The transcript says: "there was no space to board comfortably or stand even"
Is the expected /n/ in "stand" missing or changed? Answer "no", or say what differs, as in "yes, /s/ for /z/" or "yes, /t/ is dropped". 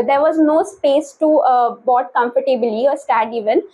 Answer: yes, /n/ is dropped